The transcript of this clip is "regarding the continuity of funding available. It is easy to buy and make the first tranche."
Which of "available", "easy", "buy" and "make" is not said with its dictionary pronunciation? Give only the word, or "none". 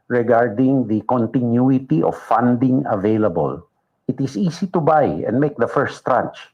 easy